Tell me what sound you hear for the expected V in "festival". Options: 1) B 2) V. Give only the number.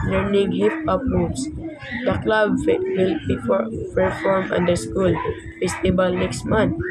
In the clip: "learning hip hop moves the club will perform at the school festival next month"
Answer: 1